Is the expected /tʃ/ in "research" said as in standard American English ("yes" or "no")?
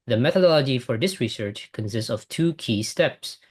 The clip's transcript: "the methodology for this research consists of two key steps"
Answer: yes